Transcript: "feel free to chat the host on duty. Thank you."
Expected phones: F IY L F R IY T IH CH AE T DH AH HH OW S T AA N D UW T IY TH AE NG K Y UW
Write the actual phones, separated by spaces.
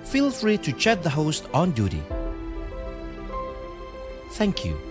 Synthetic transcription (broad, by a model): F IY L F R IY T IH CH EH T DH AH HH OW S T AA N D UW T IY TH AE NG K Y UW